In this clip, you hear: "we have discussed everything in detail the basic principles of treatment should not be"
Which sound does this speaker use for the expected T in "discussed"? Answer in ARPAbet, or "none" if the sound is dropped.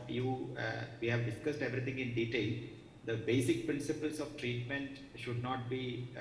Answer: T